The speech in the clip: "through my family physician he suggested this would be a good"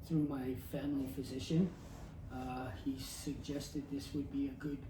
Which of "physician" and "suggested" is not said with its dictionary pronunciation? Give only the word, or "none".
none